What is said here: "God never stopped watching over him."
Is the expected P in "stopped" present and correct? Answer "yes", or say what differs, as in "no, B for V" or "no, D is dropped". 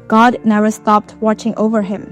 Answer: yes